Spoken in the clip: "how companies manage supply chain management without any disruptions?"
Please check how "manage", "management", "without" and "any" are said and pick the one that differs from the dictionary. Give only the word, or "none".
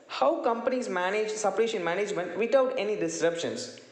without